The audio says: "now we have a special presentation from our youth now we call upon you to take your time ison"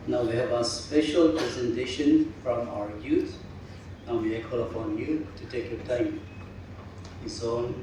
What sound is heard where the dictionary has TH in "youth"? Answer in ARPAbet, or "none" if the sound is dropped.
T